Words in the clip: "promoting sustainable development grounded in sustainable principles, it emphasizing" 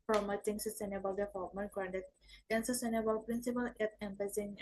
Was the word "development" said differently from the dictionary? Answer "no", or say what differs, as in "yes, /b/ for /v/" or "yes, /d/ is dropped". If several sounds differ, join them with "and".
yes, /p/ is dropped